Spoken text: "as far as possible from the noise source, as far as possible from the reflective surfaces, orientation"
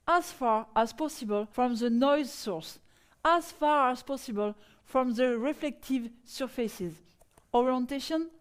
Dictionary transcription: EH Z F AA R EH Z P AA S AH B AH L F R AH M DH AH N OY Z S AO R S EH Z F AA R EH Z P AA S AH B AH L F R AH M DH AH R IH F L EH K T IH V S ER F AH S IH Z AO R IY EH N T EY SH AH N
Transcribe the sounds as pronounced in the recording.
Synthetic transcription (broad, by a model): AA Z F AA R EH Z P AA S AH B AH L F R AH M DH AH N OY Z S AO R S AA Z F AA R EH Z P AA S AH B AH L F R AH M DH AH R IH F L EH K T IH V S ER F AH S IH Z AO R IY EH N T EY SH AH N